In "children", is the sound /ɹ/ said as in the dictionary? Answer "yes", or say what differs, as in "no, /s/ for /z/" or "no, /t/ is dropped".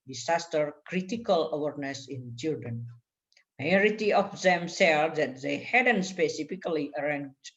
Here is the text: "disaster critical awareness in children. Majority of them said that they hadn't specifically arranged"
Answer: no, /ɹ/ is dropped